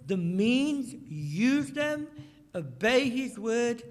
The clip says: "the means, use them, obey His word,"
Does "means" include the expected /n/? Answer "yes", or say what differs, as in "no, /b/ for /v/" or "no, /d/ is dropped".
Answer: yes